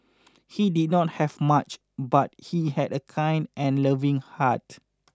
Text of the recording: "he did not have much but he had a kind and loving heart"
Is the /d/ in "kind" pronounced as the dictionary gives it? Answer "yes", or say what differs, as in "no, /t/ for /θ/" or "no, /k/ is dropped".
yes